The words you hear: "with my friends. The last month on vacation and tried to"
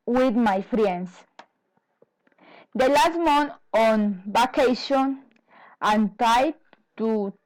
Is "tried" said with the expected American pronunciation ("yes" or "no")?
no